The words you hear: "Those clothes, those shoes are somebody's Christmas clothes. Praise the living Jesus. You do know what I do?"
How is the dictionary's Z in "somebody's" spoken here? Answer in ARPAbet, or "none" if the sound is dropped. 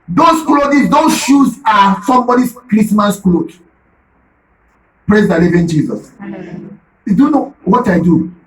S